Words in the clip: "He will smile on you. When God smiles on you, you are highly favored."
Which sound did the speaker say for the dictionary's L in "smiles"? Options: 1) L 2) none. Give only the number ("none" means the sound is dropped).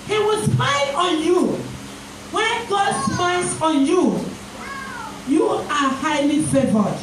2